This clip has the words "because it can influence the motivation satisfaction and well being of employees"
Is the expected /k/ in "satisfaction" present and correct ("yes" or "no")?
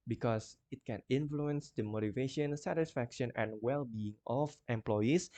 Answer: yes